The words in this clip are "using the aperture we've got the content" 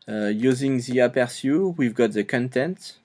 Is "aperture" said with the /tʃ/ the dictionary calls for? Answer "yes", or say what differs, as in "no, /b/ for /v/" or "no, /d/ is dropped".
no, /s/ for /tʃ/